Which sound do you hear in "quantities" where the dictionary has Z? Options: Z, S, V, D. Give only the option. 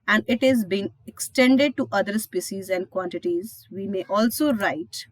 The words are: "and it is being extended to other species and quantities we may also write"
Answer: Z